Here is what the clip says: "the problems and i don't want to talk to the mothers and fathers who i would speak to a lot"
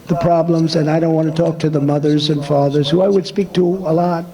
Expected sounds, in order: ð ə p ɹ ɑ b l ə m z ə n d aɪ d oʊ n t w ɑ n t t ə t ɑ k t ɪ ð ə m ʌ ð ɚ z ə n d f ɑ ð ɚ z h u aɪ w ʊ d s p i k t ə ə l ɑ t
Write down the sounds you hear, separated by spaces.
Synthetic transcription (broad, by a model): ð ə p ɹ ɑ b l ə m z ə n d aɪ d oʊ n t w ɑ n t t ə t ɑ k t ɪ ð ə m ʌ ð ɚ z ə n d f ɑ ð ɚ z h u aɪ w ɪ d s p i k t ə ə l ɑ t